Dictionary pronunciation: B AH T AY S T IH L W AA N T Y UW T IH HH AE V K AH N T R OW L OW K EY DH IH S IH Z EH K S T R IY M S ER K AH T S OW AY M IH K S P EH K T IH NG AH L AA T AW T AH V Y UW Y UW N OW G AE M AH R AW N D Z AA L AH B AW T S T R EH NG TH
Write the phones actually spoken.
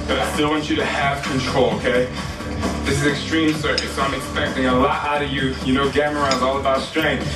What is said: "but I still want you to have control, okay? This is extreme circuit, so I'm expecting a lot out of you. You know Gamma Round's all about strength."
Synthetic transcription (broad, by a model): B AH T AY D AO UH N W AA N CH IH T IH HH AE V K AH N T R OW L OW K EY DH IH S IH Z EH K S T R IY M S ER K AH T S OW AY M IH K S P EH K T IH NG AH L AA T AW T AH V Y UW Y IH N OW G AE M AH R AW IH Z AA L AH B AW T S T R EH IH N